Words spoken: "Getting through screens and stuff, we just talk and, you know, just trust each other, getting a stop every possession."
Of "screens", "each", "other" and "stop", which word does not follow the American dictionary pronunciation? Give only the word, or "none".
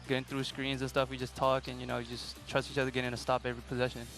none